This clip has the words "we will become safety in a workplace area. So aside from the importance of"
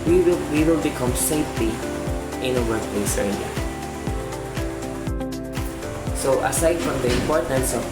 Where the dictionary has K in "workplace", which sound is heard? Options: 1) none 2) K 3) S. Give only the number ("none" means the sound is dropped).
1